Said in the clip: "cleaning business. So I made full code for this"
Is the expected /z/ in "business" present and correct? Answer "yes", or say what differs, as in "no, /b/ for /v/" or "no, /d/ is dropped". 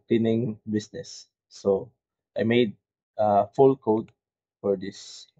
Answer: no, /s/ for /z/